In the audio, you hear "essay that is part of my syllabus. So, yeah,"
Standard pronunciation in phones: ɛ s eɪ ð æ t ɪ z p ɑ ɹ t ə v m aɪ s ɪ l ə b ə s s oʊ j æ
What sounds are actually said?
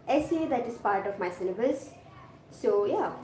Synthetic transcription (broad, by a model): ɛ s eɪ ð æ t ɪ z p ɑ ɹ t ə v m aɪ s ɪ n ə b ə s s oʊ j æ